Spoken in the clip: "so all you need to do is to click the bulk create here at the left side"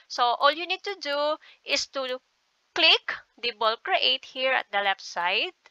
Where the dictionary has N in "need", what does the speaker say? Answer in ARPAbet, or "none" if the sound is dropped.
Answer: N